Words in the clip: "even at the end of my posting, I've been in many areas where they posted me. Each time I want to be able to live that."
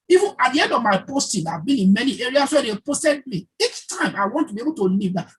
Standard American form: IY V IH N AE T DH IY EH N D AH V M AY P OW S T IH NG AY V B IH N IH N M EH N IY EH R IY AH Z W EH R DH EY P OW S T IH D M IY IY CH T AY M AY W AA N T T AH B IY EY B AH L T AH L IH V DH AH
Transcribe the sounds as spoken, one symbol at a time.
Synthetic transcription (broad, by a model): IY V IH N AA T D IY EH N D AH V M AY P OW S T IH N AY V B IH N IH N M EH N IY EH R IY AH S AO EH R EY P OW S T IH D M IY IY CH T AY M AY W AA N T T AH B IY EY B AH L T AH L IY V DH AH